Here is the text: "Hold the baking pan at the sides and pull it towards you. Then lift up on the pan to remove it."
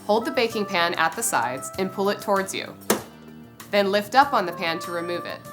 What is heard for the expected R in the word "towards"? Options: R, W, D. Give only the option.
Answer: R